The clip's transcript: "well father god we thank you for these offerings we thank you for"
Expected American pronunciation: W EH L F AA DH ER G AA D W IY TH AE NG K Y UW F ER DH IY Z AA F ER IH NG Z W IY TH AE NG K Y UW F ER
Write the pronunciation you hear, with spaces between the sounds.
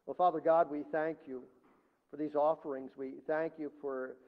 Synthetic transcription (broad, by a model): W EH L F AA DH ER G AA D W IY TH AE NG K Y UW F ER DH IY Z AA F ER IH NG Z W IY TH AE NG K Y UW F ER